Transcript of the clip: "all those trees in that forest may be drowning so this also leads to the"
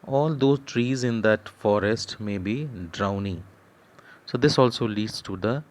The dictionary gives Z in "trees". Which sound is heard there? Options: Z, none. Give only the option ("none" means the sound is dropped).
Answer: Z